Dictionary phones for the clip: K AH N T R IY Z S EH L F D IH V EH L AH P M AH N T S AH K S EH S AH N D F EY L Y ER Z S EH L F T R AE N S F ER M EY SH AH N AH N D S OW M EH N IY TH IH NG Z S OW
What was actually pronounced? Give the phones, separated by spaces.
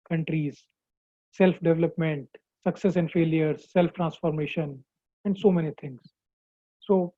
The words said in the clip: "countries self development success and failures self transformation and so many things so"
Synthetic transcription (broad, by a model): K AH N T R IY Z S EH L F D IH V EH L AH P M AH N T S AH K S EH S AH N D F EY L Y ER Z S EH L F T R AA N S F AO M EY SH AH N AH N D S OW M EH N IY T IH NG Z S OW